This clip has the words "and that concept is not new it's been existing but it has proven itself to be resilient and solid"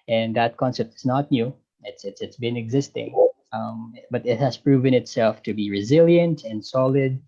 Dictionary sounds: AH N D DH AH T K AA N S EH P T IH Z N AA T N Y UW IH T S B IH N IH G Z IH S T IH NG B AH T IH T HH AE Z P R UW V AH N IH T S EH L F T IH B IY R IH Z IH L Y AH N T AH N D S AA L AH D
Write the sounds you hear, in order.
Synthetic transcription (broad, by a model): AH N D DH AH T K AA N S EH P T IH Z N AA T N Y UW IH T S B IH N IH G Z IH S T IH NG B AH T IH T HH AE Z P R UW V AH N IH T S EH L F T IH B IY R IH Z IH L Y AH N T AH N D S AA L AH D